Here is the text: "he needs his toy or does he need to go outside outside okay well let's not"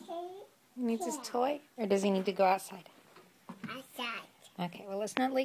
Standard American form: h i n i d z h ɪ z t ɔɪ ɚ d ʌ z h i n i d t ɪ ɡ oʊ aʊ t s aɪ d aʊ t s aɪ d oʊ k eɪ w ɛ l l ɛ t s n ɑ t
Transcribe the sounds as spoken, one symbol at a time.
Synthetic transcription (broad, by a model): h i n i d z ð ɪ s t ɔɪ ɚ d ʌ z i n i d t ɪ ɡ oʊ aʊ t s aɪ d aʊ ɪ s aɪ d oʊ k eɪ w ɛ l l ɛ t s n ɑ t